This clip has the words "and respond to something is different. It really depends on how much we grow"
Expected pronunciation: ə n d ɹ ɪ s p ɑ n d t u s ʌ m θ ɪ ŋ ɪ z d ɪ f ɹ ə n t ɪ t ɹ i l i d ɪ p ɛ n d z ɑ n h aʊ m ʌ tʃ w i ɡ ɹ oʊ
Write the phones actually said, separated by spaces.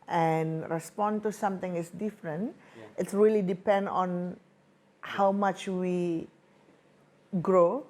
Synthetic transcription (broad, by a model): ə n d ɹ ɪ s p ɑ n t u s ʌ m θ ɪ ŋ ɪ s d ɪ f ɹ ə n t ɪ t ɹ i l i d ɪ p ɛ n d ɑ n h aʊ m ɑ tʃ w i ɡ ɹ oʊ